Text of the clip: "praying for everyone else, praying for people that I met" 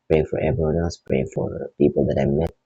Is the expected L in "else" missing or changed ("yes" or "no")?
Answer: yes